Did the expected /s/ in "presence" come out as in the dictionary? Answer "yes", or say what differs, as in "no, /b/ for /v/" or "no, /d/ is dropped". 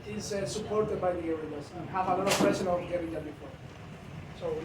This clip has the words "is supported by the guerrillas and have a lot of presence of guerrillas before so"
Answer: no, /s/ is dropped